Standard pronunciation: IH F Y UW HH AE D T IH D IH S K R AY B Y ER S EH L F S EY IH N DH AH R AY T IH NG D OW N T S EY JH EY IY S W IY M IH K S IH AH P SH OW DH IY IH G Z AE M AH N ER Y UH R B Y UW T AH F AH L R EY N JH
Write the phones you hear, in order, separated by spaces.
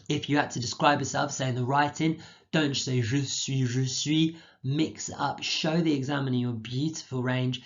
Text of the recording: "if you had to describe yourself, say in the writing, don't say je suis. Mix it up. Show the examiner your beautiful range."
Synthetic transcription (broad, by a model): IH F Y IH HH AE T IH D IH S K R AY B Y ER S EH L F S EY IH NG DH AH R AY T IH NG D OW N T S EY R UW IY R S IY M IH K S AH P SH OW DH IY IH G Z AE M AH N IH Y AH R B Y UW T AH F AH L R EY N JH